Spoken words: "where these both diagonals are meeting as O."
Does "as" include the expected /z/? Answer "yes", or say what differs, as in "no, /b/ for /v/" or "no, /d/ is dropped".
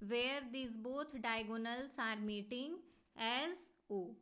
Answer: yes